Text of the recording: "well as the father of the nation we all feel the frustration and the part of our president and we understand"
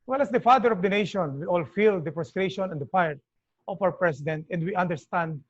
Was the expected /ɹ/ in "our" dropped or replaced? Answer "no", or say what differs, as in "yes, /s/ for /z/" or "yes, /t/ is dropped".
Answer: no